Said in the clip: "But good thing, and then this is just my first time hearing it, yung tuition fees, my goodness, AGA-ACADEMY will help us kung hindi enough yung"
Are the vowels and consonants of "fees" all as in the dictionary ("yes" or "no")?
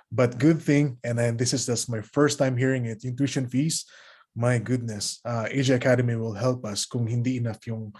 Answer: no